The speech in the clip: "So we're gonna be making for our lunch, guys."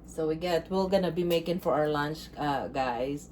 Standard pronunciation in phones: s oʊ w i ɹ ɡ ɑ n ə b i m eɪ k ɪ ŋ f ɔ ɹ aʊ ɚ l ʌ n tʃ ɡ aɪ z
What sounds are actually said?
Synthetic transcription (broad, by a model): s oʊ w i l ɡ ɑ n ə b i m eɪ k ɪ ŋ f ɔ ɹ aʊ ɚ l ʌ n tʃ ɡ aɪ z